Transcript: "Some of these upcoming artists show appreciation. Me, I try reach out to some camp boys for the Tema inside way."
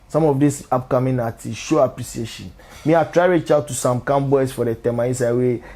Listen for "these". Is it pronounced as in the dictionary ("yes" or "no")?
no